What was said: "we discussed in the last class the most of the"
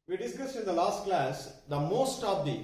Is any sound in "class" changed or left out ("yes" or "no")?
no